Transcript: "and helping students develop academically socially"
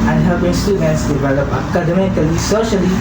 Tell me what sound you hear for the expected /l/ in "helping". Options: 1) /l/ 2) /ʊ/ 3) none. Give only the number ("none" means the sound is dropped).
3